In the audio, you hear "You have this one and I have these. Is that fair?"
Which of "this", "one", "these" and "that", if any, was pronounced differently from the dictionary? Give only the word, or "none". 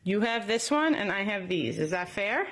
none